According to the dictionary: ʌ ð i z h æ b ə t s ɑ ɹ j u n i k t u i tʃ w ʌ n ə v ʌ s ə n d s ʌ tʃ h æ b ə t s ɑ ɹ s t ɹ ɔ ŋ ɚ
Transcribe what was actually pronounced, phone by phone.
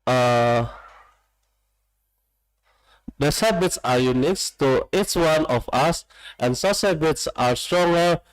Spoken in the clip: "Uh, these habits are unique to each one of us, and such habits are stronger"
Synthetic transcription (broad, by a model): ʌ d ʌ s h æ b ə t s ɑ ɹ j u n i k t u i tʃ w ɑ n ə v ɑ s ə n s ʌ s h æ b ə t s ɑ ɹ s t ɹ ɔ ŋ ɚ